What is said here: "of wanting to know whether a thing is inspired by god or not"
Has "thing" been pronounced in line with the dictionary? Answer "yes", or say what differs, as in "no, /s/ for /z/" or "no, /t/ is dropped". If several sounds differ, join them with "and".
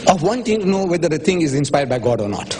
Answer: no, /t/ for /θ/